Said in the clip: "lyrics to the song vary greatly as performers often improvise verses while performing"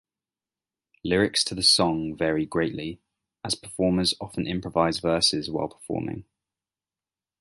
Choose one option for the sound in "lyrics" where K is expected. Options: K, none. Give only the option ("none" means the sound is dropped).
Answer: K